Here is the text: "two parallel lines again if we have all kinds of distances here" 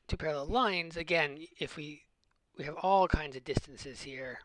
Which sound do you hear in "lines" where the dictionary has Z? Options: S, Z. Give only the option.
Z